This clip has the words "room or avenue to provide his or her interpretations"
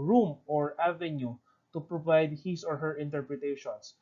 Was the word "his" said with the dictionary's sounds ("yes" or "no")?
no